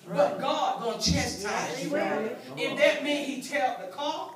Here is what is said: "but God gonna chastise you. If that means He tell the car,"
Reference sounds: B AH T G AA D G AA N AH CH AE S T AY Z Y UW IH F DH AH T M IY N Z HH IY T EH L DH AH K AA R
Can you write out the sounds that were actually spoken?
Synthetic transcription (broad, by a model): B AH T G AA D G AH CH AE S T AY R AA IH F DH AH T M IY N HH IY T EH L DH AH K AA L